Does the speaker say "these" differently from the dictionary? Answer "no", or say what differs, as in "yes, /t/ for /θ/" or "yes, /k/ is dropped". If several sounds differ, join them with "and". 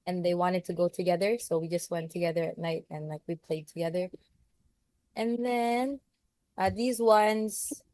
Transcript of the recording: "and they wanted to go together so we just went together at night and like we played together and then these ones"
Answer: no